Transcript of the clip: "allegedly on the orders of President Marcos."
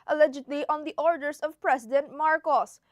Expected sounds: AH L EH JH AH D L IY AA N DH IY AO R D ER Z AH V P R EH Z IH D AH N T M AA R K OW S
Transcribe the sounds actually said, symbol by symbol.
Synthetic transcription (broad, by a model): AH L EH JH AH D L IY AA N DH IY AO R D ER S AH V P R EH S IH D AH N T M AA R K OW S